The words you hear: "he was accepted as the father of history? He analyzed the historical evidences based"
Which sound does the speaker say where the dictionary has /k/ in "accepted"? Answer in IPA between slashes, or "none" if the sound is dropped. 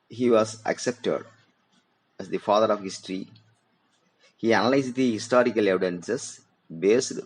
/k/